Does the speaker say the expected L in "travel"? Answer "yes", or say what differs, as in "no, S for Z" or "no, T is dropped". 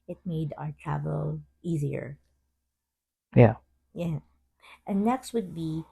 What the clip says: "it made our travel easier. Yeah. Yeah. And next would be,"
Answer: yes